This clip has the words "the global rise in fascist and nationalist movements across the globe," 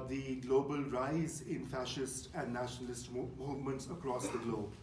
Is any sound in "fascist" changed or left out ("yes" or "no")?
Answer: no